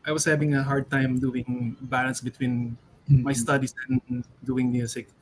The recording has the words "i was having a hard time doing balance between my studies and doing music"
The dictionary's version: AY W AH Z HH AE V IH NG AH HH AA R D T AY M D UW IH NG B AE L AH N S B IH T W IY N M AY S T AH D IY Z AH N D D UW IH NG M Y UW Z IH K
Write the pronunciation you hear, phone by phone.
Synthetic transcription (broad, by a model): AY W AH S HH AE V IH NG AH HH AA R D T AY M D UW IH NG B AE L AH N S B IH T W IY N M AY S T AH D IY S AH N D D UW IH NG M Y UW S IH K